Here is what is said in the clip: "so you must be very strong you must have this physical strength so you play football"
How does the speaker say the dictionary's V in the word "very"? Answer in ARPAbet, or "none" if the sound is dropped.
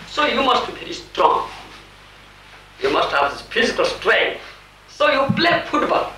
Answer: P